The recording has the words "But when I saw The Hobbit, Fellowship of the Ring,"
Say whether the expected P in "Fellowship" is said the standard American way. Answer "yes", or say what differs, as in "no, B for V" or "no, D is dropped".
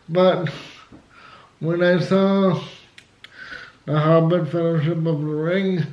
yes